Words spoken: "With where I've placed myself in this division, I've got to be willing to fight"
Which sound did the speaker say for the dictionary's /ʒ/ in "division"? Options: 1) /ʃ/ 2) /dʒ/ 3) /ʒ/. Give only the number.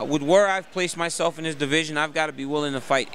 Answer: 3